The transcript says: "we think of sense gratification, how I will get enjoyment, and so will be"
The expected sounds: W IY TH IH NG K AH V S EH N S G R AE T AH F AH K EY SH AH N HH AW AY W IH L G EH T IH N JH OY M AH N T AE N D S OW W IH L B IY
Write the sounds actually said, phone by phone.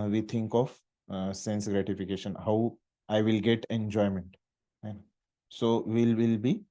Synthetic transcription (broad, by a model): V IY T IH NG K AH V S EH N S G R AE T AH F AH K EY SH AH N HH AW AY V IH L G EH T IH N JH OY M AH N T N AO S OW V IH L B IY